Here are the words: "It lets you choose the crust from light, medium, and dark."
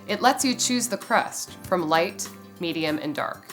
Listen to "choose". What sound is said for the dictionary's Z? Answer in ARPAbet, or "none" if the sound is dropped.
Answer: Z